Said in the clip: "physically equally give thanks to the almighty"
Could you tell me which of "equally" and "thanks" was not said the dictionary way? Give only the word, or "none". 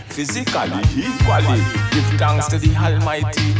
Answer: thanks